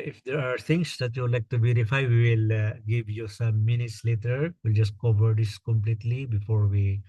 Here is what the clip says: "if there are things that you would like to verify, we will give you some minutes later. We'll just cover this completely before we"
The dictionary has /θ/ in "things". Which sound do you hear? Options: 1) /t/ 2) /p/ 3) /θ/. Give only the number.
1